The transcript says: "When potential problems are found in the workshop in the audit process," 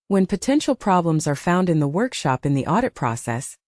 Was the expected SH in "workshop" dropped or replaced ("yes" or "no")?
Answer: no